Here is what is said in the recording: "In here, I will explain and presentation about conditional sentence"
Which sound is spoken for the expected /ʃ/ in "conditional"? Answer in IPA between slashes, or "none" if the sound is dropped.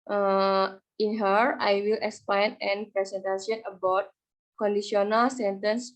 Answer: none